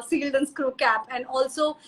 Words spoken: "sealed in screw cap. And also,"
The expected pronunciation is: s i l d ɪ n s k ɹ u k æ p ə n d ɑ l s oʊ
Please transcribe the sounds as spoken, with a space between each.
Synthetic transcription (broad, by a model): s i l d ɪ n s k ɹ u k æ p ə n d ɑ l s oʊ